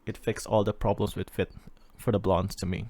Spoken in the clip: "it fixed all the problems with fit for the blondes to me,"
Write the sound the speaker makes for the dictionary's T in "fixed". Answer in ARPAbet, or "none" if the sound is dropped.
none